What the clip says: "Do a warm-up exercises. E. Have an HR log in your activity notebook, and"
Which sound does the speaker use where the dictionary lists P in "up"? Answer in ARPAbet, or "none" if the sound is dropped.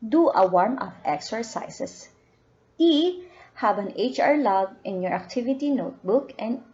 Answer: F